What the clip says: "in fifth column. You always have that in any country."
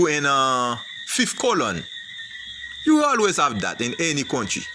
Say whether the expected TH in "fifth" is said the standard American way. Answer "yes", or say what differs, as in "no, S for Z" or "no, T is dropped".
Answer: no, F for TH